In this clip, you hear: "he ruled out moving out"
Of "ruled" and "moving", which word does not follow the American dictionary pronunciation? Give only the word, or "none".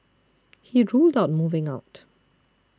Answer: none